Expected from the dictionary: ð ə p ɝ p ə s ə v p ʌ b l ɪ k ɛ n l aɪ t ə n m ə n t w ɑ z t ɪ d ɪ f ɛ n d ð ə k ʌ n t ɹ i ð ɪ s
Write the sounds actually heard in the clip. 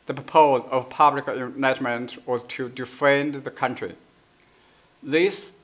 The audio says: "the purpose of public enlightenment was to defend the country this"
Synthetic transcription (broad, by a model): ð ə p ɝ p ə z ə v p ʌ b l ɪ k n aɪ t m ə n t w ɑ z t ɪ d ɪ f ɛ n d ð ə k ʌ n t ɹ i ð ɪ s